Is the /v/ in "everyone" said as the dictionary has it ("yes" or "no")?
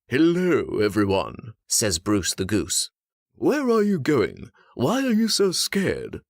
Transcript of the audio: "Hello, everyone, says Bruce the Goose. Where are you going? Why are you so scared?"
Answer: yes